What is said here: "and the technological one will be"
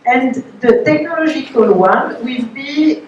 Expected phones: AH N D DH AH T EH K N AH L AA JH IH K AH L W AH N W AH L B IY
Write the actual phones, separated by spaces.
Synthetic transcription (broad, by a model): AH N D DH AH T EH K N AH L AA ZH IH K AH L W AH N W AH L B IY